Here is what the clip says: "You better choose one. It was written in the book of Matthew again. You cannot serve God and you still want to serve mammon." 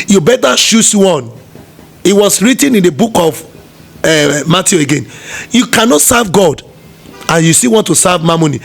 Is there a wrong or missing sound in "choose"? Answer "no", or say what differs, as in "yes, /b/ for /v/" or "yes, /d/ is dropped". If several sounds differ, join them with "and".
yes, /ʃ/ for /tʃ/ and /s/ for /z/